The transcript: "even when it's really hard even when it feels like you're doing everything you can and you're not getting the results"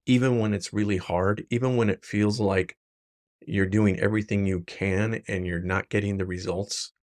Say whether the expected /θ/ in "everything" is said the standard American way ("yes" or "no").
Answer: yes